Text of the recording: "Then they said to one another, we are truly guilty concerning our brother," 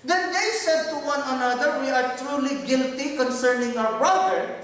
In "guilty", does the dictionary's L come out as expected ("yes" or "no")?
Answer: yes